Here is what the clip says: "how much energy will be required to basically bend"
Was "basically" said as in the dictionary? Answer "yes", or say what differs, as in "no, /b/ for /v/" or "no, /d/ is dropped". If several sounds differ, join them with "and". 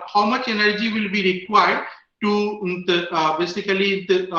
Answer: no, /l/ is dropped